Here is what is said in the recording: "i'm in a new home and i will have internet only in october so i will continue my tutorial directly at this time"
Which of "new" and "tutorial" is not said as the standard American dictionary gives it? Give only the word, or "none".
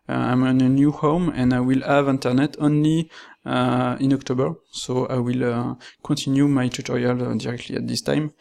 none